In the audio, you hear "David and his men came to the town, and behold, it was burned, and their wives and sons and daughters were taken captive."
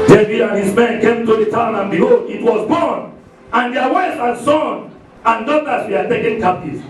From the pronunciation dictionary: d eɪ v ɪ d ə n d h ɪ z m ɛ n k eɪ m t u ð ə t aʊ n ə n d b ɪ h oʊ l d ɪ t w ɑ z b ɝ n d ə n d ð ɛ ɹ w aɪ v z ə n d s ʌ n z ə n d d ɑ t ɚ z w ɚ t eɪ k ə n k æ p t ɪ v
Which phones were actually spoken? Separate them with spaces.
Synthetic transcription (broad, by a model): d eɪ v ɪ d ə n h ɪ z m ɛ n k eɪ m t u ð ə t aʊ n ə n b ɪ h oʊ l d ɪ t w ɑ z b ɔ n ə n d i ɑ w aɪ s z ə n s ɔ n ə n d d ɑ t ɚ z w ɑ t eɪ k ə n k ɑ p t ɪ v